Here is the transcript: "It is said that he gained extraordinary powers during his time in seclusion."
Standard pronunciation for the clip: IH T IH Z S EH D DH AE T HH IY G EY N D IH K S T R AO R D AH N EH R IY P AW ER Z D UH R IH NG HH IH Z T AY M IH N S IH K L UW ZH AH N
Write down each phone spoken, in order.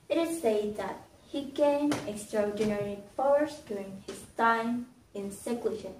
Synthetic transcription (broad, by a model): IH T IH Z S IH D DH AE T HH IY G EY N IH K S T R AO R D AH N EH R IY F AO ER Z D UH R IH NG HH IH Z T AY M IH N S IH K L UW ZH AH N